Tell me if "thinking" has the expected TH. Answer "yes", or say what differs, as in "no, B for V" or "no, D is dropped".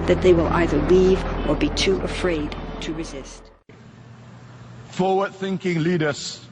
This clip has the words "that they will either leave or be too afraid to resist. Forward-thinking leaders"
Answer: yes